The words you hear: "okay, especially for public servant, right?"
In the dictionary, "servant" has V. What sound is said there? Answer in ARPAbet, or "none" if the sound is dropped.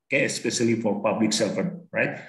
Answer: F